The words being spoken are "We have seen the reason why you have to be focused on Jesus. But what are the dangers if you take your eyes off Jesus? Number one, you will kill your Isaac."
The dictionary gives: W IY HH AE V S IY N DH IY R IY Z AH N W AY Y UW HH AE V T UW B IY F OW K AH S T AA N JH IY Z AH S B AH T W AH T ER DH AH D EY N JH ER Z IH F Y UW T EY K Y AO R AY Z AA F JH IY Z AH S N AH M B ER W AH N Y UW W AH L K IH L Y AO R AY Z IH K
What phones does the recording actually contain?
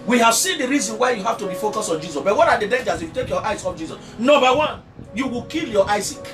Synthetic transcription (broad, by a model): W IY HH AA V S IY N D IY R IY Z AH N W AY Y UW HH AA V T UW B IY F OW K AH S AA N JH IY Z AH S B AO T W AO T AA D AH D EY N JH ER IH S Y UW T EY K Y AO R AY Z AA F JH IY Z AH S N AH M B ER W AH N Y UW W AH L K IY L Y AO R AY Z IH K